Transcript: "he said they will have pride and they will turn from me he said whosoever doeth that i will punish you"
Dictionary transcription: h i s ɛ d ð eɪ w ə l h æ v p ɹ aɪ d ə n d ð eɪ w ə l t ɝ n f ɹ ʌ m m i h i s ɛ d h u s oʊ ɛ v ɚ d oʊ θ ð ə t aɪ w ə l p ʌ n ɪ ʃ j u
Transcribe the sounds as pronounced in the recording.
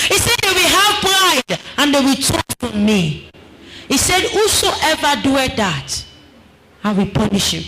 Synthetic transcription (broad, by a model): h i s ɛ d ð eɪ w ə l h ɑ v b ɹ aɪ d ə n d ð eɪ w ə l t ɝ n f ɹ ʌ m m i h i s ɛ d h u s oʊ ɛ v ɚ d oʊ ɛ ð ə t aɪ w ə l p ʌ n ɪ ʃ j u